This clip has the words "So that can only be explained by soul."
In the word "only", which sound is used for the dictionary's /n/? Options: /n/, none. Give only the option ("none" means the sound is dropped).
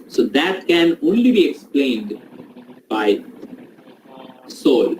/n/